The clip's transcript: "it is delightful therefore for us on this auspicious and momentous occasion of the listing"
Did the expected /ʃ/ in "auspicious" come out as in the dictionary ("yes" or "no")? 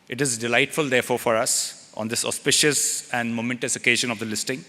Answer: yes